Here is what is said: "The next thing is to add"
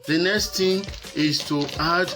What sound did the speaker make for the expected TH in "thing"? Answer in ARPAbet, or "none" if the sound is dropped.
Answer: T